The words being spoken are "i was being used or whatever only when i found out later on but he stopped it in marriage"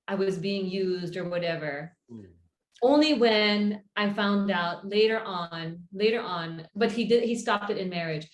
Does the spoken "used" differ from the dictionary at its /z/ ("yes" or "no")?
no